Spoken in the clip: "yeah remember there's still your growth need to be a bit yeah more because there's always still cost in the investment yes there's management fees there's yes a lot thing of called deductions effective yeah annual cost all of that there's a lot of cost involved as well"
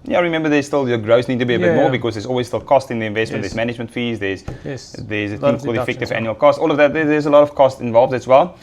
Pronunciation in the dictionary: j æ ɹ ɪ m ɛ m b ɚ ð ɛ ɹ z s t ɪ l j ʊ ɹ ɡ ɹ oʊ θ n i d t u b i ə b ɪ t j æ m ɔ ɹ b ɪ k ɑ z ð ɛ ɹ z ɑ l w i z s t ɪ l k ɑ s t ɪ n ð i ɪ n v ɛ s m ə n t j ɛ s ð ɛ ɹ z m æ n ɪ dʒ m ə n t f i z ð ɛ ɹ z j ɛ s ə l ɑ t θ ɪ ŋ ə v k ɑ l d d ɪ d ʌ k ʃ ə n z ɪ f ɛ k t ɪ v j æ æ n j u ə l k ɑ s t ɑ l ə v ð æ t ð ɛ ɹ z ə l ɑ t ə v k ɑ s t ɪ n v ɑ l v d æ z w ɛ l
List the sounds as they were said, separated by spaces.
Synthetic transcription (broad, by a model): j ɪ ɹ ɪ m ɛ m b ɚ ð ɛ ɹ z s t ɪ l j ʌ ɡ ɹ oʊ s n i d t u b i ə b ɪ t m ɔ ɹ b ɪ k ɑ z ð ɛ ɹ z ɑ l w i z s t ɪ l k ɑ s t ɪ n ð i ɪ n v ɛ s m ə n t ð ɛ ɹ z m æ n ɪ dʒ m ə n t f i z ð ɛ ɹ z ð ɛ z ə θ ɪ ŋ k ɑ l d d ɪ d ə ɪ f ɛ k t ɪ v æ æ n j u ə l k ɑ s t ɑ l ə v ð æ t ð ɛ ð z ə l ɑ t ə v k ɑ s t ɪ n v ɑ l v d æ s w ɛ l